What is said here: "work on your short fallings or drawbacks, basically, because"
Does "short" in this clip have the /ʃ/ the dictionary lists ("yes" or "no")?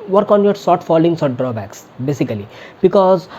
no